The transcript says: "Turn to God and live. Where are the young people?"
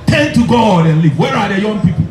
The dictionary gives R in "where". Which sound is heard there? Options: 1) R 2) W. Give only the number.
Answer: 1